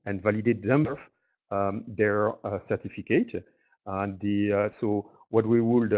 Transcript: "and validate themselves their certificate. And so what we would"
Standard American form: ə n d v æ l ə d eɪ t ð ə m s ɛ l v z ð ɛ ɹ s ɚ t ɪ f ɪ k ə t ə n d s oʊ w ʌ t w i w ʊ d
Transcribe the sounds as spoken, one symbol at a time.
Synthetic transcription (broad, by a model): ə n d v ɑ l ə d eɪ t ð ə m ɔ v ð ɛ ɹ s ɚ t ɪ f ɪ k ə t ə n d s oʊ w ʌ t w i w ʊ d